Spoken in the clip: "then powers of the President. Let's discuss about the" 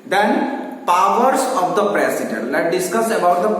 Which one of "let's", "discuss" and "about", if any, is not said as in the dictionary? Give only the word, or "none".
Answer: let's